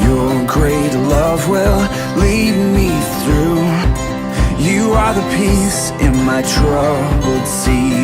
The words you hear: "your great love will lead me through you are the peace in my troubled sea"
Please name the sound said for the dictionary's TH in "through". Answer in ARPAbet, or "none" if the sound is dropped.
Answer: TH